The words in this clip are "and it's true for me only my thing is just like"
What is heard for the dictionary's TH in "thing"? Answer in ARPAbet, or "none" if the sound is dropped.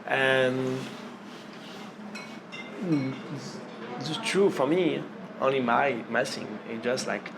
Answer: S